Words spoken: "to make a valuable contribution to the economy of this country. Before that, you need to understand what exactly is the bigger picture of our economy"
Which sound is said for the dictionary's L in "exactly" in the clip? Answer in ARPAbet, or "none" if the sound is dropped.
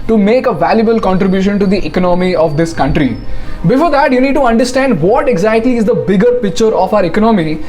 none